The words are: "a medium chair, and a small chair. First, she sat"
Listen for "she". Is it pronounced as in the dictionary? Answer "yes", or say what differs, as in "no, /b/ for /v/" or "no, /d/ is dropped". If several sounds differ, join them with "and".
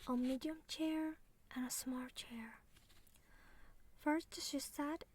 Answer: yes